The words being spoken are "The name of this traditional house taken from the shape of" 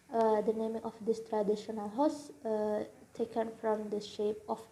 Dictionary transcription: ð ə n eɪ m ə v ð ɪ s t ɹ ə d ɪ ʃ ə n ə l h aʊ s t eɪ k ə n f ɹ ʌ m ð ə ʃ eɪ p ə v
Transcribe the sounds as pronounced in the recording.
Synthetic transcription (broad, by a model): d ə n eɪ m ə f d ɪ s t ɹ ə d ɪ ʃ ə n ə l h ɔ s t eɪ k ə n f ɹ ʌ m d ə ʃ eɪ p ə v